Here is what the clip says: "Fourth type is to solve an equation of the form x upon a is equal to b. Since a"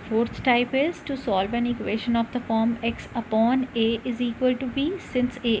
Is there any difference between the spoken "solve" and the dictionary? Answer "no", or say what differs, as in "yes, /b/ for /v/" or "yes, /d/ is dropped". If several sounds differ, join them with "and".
no